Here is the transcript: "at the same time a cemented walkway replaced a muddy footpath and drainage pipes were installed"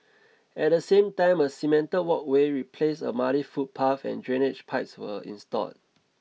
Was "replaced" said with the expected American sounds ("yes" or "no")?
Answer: no